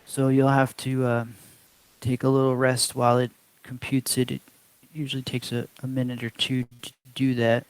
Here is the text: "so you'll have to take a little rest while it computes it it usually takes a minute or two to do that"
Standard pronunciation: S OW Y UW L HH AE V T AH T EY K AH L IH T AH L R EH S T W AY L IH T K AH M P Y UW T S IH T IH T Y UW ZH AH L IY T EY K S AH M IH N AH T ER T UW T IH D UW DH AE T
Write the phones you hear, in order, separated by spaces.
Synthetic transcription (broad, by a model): S OW Y UW L HH AE F T AH T EY K AH L IH T L R EH S T W AY L IH T K M P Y UW T S IH T IH T Y UW ZH L IY T EY K S AH M IH N AH T ER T T IH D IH DH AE T